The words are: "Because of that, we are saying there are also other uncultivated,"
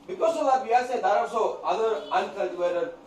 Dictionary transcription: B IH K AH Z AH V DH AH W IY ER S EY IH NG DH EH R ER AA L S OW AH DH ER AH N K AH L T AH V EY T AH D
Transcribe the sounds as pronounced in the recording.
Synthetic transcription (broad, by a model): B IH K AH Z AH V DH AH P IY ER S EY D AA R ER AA S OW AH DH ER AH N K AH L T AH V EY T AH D